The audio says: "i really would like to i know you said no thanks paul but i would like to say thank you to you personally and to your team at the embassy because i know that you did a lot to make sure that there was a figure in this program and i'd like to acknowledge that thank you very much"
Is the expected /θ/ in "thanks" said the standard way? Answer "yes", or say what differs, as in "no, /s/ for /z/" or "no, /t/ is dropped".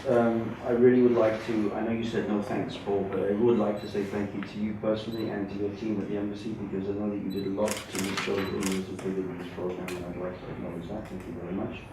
yes